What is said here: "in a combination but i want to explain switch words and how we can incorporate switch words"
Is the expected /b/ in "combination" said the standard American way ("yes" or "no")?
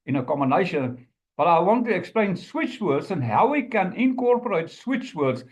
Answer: no